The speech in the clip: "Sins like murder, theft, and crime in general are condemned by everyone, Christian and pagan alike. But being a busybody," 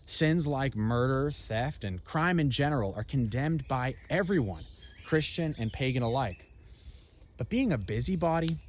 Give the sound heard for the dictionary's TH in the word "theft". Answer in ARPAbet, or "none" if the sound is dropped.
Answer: TH